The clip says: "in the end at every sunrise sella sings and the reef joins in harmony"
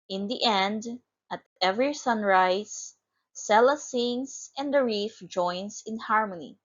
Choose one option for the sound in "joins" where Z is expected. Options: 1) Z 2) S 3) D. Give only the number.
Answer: 2